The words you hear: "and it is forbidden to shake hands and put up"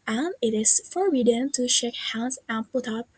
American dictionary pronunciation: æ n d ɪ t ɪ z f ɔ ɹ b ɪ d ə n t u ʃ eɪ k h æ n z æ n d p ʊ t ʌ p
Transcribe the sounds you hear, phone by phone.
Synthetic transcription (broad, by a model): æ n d ɪ t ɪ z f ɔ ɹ ɪ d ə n t u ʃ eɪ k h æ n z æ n p ʊ t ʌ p